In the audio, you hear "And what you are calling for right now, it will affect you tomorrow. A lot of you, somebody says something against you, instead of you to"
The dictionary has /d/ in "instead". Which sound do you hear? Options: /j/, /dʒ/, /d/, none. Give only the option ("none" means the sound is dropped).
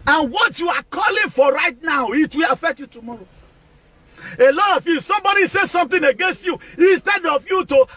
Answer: /d/